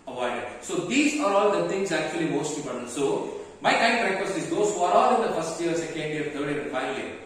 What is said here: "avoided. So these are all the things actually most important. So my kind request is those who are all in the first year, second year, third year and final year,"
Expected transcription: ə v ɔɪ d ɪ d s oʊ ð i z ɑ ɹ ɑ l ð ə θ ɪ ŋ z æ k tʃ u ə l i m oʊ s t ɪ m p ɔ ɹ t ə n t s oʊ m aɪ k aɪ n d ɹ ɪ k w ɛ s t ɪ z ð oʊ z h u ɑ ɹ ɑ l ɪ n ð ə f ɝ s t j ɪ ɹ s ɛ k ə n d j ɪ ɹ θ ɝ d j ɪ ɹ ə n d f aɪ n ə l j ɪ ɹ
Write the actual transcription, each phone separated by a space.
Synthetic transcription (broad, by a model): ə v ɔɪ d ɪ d s oʊ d i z ɑ ɹ ɑ l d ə t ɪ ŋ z æ k tʃ u ə l i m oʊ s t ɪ p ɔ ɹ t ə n s oʊ m aɪ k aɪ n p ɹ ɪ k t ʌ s ɪ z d oʊ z h u ɑ ɹ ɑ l ɪ n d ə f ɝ s t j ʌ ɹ s ɛ k ə n d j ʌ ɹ t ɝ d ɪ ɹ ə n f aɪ ə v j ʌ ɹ